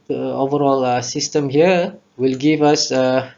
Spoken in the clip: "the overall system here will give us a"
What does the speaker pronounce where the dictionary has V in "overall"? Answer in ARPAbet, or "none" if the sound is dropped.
V